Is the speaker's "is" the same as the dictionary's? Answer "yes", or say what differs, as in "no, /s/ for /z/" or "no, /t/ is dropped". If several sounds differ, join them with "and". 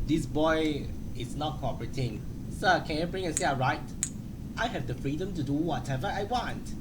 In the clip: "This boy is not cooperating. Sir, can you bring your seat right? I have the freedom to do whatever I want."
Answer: no, /s/ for /z/